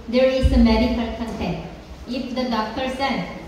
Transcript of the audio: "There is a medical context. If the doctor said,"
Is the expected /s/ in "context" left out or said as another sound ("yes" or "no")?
yes